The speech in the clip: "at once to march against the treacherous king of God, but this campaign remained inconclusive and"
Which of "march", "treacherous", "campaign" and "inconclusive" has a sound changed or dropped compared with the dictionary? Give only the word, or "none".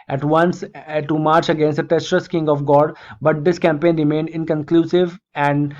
treacherous